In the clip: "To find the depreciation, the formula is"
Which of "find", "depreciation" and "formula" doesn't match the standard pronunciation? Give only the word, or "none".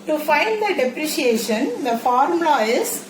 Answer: formula